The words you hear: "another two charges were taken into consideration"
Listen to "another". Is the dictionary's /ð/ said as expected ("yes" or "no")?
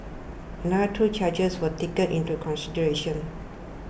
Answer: no